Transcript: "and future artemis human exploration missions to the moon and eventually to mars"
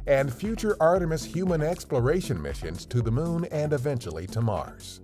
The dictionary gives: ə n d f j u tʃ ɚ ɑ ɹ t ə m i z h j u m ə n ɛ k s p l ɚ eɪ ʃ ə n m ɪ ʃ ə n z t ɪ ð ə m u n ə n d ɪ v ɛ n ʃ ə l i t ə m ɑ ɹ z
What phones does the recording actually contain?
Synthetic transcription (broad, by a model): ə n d f j u tʃ ɚ ɑ ɹ t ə m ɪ s h j u m ə n ɛ k s p l ɚ eɪ ʃ ə n m ɪ ʃ ə n z t ɪ ð ə m u n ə n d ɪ v ɛ n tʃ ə l i t ə m ɑ ɹ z